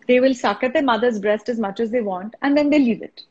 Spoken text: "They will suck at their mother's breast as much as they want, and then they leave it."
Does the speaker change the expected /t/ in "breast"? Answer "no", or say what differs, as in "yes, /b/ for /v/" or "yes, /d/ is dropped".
no